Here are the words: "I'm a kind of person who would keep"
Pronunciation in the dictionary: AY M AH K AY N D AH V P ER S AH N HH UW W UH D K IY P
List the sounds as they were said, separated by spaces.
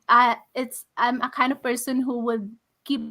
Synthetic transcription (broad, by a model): AY M AH K AY N D AH V P ER S AH N HH UW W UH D K IY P